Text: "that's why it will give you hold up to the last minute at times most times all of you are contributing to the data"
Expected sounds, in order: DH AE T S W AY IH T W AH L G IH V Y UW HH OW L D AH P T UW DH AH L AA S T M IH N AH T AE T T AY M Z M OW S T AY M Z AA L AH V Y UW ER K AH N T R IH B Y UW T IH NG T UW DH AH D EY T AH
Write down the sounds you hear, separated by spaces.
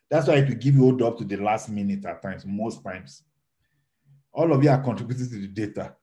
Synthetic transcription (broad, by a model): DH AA T S W AY IH T W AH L G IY V Y UW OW D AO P T UW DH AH L AA S T M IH N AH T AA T T AY M S M OW S T AY M S AA L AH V Y UW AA K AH N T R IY B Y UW T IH T UW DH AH D EY T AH